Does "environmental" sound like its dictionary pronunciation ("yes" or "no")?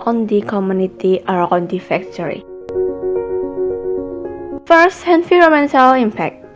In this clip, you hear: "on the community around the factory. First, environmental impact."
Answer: no